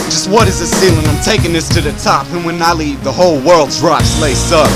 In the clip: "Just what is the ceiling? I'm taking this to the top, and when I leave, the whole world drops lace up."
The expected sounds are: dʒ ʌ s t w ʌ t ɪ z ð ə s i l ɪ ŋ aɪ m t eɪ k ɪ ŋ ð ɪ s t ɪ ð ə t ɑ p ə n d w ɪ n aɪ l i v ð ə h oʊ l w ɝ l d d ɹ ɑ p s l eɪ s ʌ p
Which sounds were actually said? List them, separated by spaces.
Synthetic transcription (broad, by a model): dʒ ʌ s t w ʌ t ɪ z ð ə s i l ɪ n aɪ m t eɪ k ɪ ŋ ð ɪ s t ɪ ð ə t ɑ p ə n w ɪ n aɪ l i v ð ə h oʊ l w ɝ l d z ɹ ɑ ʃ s l eɪ s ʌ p